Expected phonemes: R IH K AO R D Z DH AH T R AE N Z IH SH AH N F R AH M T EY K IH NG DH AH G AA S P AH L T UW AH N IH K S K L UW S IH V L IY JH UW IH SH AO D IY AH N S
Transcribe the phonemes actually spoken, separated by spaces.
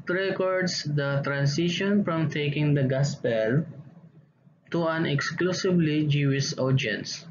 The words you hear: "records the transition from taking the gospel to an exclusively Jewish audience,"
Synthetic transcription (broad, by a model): R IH K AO R D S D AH T R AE N S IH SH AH N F R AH M T EY K IH NG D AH G AA S P AH L T UW AH N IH K S K L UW S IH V L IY JH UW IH S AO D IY N S